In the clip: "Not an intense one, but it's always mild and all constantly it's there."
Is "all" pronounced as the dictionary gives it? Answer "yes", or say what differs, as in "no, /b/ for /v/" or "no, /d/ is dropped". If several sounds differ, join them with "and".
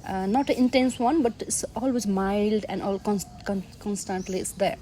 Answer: no, /n/ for /l/